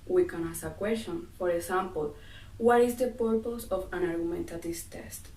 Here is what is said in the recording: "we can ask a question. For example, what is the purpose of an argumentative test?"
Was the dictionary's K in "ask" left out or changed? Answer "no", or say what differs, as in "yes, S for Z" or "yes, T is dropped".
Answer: yes, K is dropped